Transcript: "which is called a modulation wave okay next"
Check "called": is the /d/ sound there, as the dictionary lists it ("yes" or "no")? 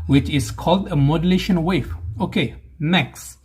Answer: yes